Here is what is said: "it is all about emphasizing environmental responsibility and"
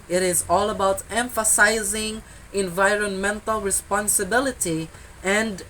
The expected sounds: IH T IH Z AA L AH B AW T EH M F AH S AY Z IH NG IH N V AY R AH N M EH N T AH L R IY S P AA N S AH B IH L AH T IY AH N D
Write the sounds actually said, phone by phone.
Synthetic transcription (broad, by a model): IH T IH Z AA L AH B AW T EH M F AH S AY Z IH NG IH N V AY R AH N M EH N T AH L R IY S P AA N S AH B IH L AH T IY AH N D